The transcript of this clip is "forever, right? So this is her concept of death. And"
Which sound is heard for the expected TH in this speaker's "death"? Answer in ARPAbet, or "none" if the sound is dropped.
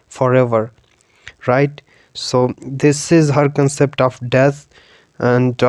T